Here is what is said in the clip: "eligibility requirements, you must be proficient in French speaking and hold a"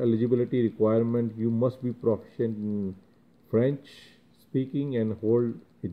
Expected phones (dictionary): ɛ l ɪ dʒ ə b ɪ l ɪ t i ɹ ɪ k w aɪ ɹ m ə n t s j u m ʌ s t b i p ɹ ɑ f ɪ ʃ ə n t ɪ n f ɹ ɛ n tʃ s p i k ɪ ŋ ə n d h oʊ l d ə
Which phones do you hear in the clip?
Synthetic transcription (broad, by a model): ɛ l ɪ dʒ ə b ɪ l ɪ t i ɹ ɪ k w aɪ ɹ m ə n t j u m ʌ s t b i p ɹ ɑ f ɪ ʃ ə n t ɪ n f ɹ ɛ n tʃ s p i k ɪ ŋ ə n d h oʊ l d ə